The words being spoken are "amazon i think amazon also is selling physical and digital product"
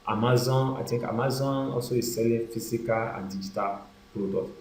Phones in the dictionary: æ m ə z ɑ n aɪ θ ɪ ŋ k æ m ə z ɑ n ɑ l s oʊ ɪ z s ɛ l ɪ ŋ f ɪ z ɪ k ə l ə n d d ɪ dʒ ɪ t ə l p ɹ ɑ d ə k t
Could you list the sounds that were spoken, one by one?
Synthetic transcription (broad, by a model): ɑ m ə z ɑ n aɪ t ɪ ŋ k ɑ m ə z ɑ n ɑ l s oʊ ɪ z s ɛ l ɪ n f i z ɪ k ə l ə n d d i dʒ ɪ t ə l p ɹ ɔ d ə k